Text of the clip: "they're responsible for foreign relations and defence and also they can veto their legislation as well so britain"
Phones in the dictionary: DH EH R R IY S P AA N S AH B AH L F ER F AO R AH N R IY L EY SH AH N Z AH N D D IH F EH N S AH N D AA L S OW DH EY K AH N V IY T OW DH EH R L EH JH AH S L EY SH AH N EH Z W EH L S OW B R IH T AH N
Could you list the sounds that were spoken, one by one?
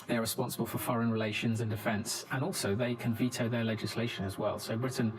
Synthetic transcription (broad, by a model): DH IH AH R IY S P AA N S AH B AH L F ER F AO R AH N R IY L EY SH AH N Z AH N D D IH F EH N S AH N AA L S OW DH EY K AH N V IY T OW DH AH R L EH JH AH S L EY SH AH N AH Z W EH L S OW B R IH T N